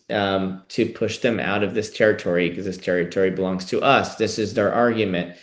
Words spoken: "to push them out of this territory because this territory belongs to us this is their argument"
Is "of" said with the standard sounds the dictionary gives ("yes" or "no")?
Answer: yes